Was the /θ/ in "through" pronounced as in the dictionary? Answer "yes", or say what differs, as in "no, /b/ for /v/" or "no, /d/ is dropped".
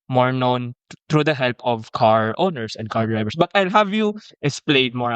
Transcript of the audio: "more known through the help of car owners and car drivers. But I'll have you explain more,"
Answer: no, /t/ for /θ/